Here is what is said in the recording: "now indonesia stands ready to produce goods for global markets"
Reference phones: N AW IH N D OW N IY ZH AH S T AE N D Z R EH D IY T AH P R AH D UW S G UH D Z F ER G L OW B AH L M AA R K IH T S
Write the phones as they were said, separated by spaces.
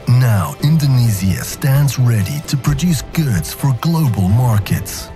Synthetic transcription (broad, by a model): N AW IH N D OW N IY Z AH S T AE N D Z R EH D IY T AH P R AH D UW S G UH D Z F ER G L OW B AH L M AA R K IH T S